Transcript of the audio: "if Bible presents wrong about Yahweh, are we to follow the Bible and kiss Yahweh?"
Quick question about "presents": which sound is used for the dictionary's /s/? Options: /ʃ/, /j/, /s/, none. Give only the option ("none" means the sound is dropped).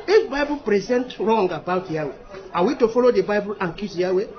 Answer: none